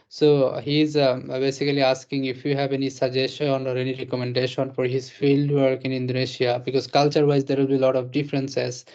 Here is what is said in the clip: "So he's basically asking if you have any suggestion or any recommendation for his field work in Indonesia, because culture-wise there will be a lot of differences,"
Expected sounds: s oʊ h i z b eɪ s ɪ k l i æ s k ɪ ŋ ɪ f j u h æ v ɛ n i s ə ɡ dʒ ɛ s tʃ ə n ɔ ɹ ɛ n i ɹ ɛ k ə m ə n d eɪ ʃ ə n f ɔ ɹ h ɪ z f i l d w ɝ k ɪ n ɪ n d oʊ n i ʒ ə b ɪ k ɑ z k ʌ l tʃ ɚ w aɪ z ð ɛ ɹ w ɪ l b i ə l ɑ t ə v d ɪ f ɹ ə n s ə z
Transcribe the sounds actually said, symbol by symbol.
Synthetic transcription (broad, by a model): s oʊ h i z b eɪ s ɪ k l i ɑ s k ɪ ŋ ɪ f j u h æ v ɛ n i s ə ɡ dʒ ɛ s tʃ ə n ɔ ɹ ɛ n i ɹ ɛ k ə m ə n d eɪ ʃ ə n f ɔ ɹ h ɪ z f i l d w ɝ k ɪ n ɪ n d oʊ n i ʃ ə b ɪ k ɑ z k ʌ l tʃ ɚ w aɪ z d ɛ ɹ w ɪ l b i l ɑ t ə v d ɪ f ɹ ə n s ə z